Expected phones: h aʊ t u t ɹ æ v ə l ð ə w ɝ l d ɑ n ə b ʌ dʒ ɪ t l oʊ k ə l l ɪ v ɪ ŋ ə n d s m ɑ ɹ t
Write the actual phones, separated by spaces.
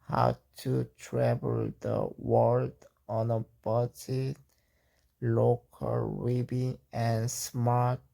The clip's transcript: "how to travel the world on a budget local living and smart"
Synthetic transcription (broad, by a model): h aʊ t u t ɹ æ v ə l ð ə w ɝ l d ɑ n ə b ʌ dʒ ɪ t l oʊ k ə l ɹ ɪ b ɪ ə n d s m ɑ ɹ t